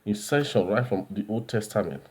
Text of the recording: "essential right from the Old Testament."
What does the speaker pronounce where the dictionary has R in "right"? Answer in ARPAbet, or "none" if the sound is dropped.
R